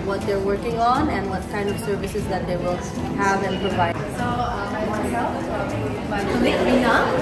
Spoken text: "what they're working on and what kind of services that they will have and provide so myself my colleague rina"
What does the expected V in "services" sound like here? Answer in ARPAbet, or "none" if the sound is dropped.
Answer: V